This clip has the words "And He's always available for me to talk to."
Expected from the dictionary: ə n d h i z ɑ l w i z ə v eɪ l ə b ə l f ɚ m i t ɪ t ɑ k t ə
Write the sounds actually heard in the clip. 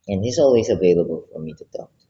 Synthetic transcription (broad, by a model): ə n h i z ɑ l w i z ə v eɪ l ə b ə l f ɚ m i t ɪ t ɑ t